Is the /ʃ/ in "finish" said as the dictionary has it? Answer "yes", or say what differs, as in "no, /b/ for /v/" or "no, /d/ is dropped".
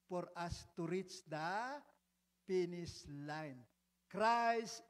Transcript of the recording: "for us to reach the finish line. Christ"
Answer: no, /s/ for /ʃ/